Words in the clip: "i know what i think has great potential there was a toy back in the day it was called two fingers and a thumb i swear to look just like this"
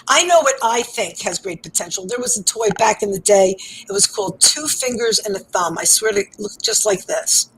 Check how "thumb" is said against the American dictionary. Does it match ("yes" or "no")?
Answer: yes